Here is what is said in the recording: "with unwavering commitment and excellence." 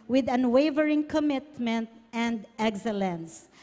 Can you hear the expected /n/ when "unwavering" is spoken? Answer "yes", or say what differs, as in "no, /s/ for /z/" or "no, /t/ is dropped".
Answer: yes